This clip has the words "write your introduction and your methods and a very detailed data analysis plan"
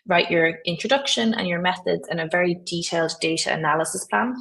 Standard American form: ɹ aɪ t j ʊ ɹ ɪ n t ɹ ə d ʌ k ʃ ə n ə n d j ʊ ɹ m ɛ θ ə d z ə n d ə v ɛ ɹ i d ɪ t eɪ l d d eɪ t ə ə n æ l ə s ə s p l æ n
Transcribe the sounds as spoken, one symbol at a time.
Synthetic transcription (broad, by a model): ɹ aɪ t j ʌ ɹ ɪ n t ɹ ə d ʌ k ʃ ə n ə n j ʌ ɹ m ɛ θ ə d z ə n ə v ɛ ɹ i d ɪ t eɪ l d d eɪ t ə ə n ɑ l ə s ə s p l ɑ n